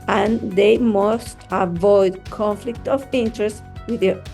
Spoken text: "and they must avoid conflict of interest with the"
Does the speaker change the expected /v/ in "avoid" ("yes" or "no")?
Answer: no